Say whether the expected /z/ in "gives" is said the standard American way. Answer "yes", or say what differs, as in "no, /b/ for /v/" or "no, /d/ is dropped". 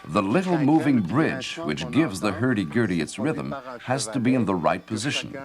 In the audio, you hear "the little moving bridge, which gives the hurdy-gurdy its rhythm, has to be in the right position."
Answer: yes